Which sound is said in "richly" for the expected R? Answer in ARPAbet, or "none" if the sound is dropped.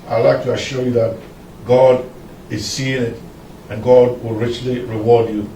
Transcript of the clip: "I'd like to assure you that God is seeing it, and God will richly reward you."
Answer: R